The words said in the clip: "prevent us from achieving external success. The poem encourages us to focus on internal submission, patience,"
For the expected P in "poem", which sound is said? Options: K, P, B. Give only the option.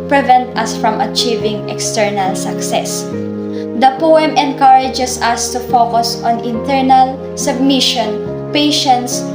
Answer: P